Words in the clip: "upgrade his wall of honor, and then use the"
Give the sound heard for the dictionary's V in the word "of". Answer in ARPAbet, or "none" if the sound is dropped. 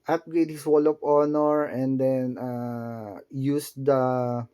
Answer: P